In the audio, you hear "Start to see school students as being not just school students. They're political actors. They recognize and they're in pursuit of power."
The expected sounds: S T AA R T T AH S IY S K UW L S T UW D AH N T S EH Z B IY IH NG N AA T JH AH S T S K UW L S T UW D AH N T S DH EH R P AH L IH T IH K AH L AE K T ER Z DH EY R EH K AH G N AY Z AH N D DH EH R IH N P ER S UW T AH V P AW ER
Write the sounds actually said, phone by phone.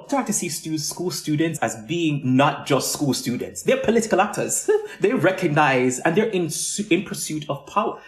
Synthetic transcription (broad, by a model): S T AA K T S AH S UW S K UW L S T UW D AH N T S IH Z B IY IH NG N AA T JH AH S T S K UW L S T UW D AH N T S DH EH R P AH L IH T IH K AH L AE K T ER Z DH EY R EH K AH G N AY Z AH N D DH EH R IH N P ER S UW T AH V P AW ER